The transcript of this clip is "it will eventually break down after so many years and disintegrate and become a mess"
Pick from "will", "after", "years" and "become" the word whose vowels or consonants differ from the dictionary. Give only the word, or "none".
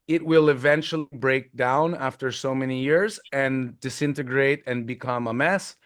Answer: none